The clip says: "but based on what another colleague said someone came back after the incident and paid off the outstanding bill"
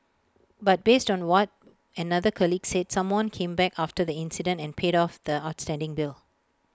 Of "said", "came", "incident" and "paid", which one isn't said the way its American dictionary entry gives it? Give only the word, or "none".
none